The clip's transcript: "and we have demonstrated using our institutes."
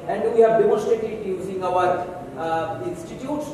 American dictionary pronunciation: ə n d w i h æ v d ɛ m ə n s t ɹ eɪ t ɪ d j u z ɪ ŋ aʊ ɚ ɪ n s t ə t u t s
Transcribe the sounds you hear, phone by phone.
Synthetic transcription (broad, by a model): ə n d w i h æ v d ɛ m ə s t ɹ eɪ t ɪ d j u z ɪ ŋ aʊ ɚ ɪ n s t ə t u t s